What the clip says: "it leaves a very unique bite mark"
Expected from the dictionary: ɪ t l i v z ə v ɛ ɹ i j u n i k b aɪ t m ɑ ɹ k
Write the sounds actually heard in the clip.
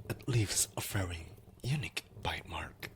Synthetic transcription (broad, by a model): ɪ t l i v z ə f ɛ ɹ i j u n i k b aɪ t m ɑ ɹ k